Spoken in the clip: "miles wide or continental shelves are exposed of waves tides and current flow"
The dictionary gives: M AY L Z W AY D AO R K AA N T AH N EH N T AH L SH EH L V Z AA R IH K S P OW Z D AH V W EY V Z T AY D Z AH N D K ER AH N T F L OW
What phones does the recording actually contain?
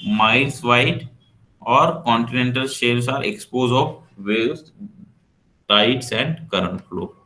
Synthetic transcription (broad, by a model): M AY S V AY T AO R K AA N T AH N EH N T AH L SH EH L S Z AA R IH K S P OW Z AH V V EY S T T AY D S AH N D K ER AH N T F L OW